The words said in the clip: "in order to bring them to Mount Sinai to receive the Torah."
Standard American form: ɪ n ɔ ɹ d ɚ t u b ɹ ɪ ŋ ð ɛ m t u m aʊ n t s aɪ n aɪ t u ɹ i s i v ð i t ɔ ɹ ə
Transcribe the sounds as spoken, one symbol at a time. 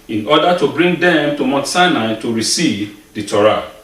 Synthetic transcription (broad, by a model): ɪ n ɔ d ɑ t u b ɹ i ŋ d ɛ m t u m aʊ t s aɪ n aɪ t u ɹ i s i v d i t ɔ ɹ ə